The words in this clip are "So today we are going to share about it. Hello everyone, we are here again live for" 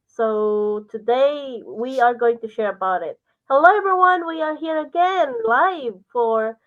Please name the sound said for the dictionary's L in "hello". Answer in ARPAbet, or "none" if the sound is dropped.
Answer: none